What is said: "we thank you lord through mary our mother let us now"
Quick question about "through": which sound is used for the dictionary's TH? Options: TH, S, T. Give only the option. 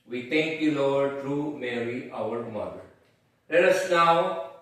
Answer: T